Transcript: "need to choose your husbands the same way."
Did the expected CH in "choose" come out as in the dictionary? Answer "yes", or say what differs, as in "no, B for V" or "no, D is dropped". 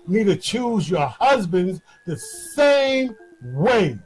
yes